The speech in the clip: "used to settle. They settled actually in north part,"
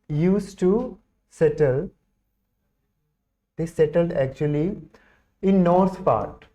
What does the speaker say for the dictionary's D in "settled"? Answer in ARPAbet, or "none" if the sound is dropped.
D